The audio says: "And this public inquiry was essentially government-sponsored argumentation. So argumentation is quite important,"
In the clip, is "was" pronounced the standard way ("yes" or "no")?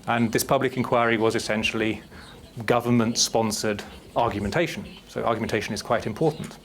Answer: yes